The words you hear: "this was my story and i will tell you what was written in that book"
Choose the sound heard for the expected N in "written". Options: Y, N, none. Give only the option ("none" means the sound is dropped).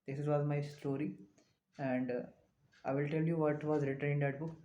none